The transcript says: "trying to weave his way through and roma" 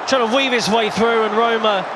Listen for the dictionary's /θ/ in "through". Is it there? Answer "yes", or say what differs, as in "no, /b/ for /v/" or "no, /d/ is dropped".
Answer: yes